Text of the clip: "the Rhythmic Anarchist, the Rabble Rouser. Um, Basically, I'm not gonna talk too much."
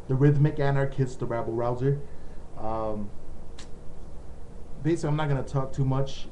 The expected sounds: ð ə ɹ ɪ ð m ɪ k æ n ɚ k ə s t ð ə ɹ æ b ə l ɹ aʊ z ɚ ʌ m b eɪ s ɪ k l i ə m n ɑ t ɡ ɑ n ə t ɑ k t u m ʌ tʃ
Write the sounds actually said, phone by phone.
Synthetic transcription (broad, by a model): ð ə ɹ ɪ ð m ɪ k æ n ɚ k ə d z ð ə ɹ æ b l ɹ aʊ z ɚ ʌ m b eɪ ɪ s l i ə m n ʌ t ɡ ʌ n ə t ɑ k t u m ʌ tʃ